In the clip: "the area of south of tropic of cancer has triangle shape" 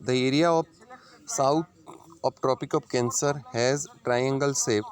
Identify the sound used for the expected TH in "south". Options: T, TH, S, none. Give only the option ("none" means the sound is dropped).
T